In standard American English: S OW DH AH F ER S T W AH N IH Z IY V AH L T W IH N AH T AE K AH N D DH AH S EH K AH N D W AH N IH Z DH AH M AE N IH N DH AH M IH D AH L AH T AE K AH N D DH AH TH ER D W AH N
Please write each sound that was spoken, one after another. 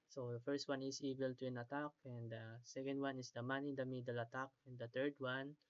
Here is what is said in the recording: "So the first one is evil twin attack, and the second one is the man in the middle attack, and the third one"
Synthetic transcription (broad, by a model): S OW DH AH F ER S T W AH N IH S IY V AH L T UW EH N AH T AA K AH N D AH S EH K AH N D W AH N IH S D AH M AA N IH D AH M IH D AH L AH T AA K AH N D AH T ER D W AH N